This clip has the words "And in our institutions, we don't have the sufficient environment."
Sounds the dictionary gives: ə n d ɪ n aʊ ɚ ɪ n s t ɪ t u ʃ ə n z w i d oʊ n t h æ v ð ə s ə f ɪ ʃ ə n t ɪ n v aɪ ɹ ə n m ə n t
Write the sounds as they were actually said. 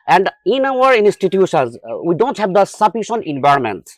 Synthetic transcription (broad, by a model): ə n d ɪ n aʊ ɚ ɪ n s t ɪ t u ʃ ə n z w i d oʊ n t h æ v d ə s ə p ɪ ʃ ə n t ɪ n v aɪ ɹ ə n m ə n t